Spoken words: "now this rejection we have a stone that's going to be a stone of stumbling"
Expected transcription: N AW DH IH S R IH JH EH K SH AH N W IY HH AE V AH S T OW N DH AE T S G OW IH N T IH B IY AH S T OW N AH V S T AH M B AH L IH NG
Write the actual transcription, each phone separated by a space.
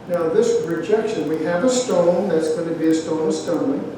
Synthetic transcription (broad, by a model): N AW DH IH S R IH JH EH K SH AH N W IY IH V AH S T OW N DH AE T S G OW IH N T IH B IY AH S T OW AH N S T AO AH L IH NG